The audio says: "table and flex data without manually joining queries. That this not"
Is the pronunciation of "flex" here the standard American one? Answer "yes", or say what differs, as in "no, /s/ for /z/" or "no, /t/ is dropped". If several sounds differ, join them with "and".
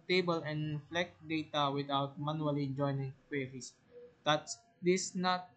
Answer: no, /s/ is dropped